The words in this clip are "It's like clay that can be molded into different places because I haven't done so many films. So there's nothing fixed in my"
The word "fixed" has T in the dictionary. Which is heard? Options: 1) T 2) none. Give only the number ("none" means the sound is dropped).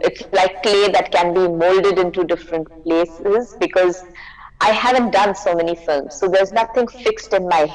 1